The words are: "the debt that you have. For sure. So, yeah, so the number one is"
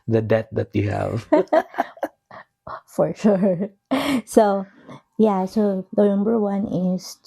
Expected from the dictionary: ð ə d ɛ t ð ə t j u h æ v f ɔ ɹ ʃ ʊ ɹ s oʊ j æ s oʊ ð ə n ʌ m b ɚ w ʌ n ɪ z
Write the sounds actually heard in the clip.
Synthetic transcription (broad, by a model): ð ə d ɛ t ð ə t j u h æ v f ɔ ɹ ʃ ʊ ɹ s oʊ j æ s oʊ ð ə n ʌ m b ɚ w ʌ n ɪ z